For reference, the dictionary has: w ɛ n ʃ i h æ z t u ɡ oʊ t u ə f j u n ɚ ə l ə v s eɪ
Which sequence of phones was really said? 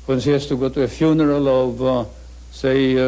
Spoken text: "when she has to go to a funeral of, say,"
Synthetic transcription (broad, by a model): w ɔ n s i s t u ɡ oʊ t u ə f j u n ɚ ə l ə v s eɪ